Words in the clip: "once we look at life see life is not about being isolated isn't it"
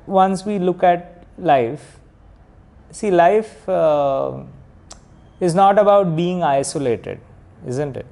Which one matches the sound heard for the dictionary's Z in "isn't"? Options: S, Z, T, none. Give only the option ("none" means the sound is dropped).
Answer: Z